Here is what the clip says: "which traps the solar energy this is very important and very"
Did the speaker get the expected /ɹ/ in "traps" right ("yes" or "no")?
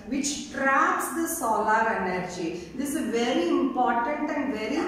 yes